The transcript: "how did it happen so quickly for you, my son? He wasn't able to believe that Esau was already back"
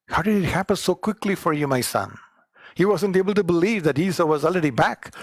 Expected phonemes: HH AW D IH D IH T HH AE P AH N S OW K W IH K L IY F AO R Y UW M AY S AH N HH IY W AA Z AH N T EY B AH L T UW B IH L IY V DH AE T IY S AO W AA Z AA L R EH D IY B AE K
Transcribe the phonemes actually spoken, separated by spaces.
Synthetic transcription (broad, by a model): HH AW D IH D IH T HH AE P AH N S OW K W IH K L IY F AO R Y UW M AY S AH N HH IY W AA Z AH N T EY B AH L T UW B IH L IY V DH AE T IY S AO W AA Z AA L R EH D IY B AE K